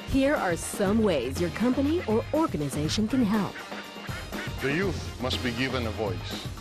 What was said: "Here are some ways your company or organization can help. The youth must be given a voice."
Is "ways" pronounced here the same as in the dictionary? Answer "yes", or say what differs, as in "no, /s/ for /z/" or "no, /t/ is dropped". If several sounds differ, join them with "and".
yes